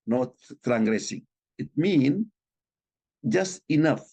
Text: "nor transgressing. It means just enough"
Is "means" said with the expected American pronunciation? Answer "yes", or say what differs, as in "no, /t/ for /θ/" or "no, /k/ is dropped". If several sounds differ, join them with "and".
no, /z/ is dropped